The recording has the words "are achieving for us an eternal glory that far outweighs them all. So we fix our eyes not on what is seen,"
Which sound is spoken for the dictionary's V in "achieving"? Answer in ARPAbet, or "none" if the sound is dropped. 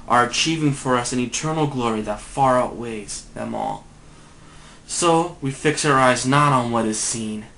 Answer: V